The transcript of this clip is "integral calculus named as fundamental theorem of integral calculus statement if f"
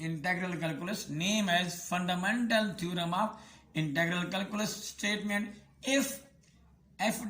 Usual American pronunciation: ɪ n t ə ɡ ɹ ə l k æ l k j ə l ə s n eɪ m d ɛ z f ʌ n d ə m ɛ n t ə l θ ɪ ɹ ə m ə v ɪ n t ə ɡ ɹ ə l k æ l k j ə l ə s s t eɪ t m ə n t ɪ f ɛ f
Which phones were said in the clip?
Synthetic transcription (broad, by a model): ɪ n t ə ɡ ɹ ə l k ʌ l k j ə l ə s n eɪ m ɛ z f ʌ n d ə m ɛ n t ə l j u ɹ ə m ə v ɪ n t ə ɡ ɹ ə l k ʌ l k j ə l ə s s t eɪ t m ə n t ɪ f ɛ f